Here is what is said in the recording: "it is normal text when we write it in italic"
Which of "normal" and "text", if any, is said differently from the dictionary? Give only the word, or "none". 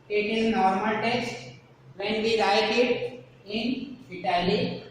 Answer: text